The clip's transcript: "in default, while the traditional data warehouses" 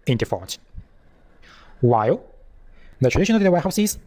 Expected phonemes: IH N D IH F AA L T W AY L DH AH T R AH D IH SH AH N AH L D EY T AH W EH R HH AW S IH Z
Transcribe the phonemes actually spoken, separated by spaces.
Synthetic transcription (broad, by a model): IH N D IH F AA T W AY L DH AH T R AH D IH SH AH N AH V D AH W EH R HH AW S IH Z